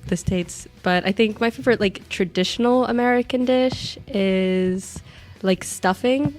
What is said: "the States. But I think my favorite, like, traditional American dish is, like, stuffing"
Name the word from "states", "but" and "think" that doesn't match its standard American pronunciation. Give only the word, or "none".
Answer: none